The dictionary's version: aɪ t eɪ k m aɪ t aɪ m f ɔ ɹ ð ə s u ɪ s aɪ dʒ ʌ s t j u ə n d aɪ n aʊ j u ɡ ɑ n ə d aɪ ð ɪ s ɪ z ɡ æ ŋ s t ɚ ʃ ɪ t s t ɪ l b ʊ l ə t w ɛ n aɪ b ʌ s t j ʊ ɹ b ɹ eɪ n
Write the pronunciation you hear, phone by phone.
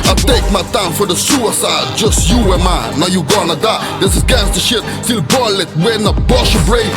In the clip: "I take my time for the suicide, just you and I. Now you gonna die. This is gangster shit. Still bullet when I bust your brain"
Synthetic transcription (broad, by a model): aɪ t eɪ k m aɪ t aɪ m f ɔ ɹ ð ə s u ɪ s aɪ dʒ ʌ s t j u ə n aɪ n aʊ j u ɡ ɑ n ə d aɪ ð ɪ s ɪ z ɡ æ s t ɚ ʃ ɪ t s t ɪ l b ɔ l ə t w ɛ n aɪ b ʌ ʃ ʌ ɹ b ɹ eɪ